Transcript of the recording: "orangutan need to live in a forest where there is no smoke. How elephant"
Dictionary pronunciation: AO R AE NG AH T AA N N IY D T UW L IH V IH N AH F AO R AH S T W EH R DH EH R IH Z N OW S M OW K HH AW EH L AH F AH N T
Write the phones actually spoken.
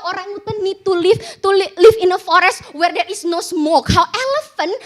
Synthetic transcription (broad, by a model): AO R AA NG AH T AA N L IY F T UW L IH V IH N AH F AO R AH S T W EH R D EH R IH S N OW S M OW K HH AW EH L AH F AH N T